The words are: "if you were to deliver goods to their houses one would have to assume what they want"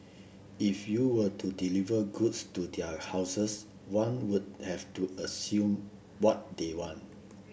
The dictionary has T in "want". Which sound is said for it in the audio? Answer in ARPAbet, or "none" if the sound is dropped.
T